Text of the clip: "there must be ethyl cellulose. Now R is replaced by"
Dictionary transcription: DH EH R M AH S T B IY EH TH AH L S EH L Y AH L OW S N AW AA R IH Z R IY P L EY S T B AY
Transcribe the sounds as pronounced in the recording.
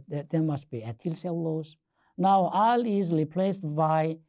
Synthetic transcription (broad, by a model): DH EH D M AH S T B IY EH T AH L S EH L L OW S N AW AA L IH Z R IY P L EY S T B AY